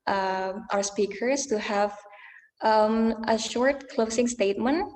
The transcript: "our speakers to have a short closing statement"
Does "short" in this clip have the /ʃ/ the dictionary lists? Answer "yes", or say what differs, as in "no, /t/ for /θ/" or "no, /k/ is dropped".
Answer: yes